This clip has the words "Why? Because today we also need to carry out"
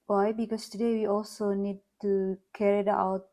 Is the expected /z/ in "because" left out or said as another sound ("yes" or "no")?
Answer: yes